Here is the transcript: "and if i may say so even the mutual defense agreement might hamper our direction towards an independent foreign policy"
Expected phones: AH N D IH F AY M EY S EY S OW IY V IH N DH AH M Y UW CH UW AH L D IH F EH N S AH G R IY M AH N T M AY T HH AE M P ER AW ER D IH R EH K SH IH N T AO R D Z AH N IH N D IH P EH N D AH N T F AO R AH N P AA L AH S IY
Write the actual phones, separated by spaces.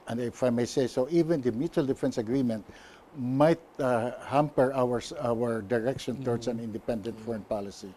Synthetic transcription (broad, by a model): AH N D IH F AY M EY S EY S OW IY V IH N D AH M Y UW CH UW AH L D IH F EH N S AH G R IY M AH N T M AY T HH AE M P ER AW ER D IH R EH K SH IH N T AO R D S AH N IH N D IH P EH N D AH N T F AO R AH N P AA L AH S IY